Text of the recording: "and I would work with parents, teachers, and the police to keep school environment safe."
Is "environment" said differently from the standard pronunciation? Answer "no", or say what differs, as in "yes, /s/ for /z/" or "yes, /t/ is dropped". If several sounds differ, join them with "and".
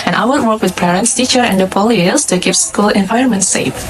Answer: yes, /ɹ/ is dropped